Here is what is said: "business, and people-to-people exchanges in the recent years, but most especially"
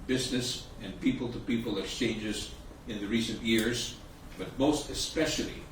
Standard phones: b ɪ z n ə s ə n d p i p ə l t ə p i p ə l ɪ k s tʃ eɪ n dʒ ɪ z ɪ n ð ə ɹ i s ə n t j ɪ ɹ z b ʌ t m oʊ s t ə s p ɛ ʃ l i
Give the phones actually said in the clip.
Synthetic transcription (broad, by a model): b ɪ z n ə s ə n p i p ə l t ə p i p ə l ɪ k s tʃ eɪ n dʒ ɪ z ɪ n ð ə ɹ i s ə n t j ɪ ɹ z b ʌ t m oʊ s t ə s p ɛ ʃ l i